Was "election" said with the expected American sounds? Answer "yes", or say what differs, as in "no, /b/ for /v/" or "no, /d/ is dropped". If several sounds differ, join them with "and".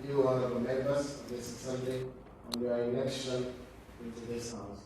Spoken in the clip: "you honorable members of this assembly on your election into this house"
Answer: no, /n/ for /l/